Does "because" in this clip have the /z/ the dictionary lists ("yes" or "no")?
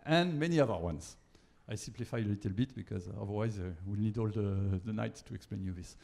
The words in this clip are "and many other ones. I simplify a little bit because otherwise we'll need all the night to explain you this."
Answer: yes